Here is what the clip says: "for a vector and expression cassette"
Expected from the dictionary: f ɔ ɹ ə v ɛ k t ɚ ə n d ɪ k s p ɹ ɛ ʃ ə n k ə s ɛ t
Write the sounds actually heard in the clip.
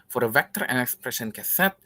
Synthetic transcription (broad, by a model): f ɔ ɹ ə v ɛ k t ɚ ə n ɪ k s p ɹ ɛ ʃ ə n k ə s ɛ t